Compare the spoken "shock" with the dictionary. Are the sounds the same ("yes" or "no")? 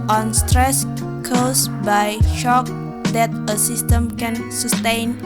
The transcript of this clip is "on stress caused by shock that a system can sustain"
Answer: yes